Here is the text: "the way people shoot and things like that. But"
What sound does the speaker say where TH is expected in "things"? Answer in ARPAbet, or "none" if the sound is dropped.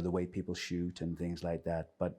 TH